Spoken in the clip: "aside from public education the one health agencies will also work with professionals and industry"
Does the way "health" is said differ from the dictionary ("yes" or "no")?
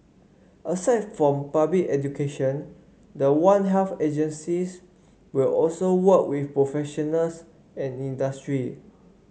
yes